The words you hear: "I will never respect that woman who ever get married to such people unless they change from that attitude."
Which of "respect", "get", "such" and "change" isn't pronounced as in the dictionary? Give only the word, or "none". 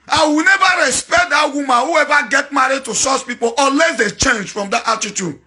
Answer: such